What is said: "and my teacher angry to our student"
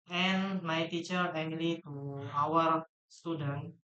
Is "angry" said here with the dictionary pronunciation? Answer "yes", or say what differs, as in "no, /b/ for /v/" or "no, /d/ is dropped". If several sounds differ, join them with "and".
no, /l/ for /ɹ/